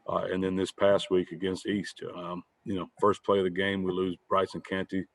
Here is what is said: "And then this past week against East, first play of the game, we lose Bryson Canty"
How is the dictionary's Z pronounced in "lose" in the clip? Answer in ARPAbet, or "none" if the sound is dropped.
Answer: Z